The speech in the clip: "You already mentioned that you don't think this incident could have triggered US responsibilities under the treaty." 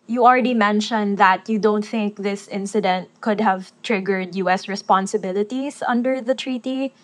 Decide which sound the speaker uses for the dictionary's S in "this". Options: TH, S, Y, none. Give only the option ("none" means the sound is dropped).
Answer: S